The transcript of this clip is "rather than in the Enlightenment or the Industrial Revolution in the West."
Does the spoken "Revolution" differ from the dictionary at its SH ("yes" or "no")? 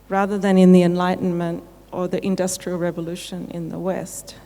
no